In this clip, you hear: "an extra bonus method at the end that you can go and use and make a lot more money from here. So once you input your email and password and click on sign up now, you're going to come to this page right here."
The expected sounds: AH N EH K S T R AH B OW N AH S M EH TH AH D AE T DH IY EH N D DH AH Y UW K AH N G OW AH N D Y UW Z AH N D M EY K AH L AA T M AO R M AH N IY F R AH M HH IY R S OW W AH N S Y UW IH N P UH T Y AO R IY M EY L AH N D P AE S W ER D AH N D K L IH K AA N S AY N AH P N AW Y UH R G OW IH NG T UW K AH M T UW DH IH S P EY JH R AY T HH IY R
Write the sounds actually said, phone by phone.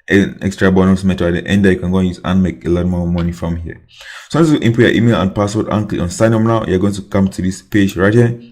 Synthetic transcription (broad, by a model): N EH K S T R AH B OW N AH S M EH T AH AE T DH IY EH N D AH Y UW K AH N G OW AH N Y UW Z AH N M EY K AH L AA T M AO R M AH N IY F R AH M HH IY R S OW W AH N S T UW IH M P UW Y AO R IY M EY L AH N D P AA S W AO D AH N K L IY AA N S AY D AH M N AW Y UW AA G OW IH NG T UW K AH M T UW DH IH S P EY JH R AY T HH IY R